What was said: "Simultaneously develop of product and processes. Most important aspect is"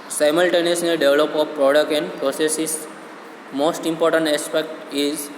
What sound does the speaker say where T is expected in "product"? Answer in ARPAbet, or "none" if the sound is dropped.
none